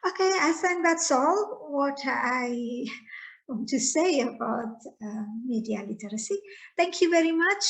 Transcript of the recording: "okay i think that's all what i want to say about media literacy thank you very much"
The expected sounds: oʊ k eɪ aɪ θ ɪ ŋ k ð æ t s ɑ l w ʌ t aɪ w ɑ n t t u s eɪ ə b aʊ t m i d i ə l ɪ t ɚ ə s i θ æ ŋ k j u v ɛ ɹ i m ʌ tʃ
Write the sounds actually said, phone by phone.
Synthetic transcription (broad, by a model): oʊ k eɪ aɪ s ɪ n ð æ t s ɑ l w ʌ t aɪ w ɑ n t t u s eɪ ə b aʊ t m i d i ə l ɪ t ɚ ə s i t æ ŋ k j u v ɛ ɹ i m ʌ tʃ